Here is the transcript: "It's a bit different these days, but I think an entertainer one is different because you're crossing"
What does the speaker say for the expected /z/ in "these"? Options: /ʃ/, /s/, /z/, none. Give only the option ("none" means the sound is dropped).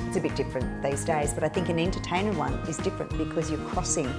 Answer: /z/